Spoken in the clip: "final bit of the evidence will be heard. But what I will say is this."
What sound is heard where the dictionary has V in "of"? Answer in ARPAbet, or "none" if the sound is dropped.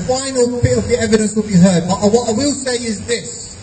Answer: V